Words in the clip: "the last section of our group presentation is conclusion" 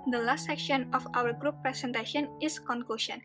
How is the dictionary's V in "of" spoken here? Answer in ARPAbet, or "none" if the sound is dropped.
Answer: F